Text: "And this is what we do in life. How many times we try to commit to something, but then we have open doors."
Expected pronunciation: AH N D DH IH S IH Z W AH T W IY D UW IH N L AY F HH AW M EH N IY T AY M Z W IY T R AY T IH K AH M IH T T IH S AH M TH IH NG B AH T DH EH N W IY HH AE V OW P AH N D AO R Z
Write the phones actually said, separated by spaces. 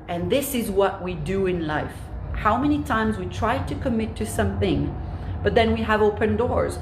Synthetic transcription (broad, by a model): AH N DH IH S IH Z W AH T W IY D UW IH N L AY F HH AW M EH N IY T AY M Z W IY T R AY T IH K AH M IH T T IH S AH M TH IH NG B AH T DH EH N W IY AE V OW P AH N D AO R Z